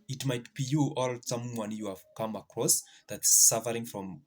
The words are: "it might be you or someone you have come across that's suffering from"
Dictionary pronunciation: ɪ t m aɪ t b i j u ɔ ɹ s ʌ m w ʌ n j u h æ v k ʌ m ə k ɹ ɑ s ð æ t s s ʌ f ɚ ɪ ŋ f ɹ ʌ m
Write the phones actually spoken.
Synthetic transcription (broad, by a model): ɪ t m aɪ t b i j u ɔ l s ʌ m w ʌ n j u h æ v k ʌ m ə k ɹ ɑ s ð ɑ t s s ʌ f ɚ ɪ ŋ f ɹ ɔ m